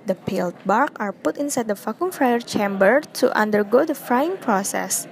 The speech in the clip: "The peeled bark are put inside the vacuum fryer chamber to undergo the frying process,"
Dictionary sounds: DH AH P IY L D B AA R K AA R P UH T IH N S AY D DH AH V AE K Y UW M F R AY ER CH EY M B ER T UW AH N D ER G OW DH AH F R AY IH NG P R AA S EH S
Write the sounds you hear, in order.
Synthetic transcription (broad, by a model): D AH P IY L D B AA R K AA R P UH T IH N S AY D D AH F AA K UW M F R AY ER CH EY M B ER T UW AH N D ER G OW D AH F R AY IH NG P R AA S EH S